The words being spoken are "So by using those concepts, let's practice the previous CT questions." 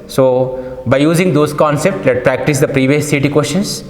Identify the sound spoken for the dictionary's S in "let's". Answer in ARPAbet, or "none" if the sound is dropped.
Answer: none